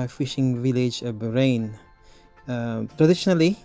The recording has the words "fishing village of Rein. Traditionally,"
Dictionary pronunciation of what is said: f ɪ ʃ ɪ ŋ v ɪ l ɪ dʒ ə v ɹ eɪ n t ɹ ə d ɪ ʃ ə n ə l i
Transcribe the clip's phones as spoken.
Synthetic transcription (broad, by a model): f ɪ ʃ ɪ ŋ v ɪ l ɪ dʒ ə b ɹ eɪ n t ɹ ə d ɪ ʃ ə n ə l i